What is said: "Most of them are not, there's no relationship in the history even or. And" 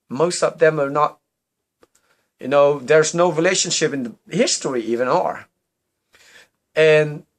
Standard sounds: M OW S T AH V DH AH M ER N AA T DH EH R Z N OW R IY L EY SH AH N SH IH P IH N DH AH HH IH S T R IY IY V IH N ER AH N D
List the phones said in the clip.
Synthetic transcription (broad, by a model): M OW S T AH V DH AH M ER N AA T DH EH R Z N OW R IY L EY SH AH N SH IH P IH N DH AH HH IH S T R IY IY V IH N ER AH N